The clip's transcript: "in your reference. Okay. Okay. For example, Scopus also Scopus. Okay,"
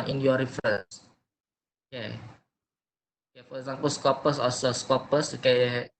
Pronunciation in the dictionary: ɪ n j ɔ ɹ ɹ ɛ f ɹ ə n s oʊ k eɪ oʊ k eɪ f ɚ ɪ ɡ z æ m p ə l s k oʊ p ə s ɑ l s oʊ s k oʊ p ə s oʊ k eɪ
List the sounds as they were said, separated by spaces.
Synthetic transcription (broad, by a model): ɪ n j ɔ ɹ ɹ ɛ f ɹ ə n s oʊ k eɪ oʊ k eɪ f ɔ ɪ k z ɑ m p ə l s k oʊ p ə s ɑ s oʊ s k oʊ p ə s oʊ k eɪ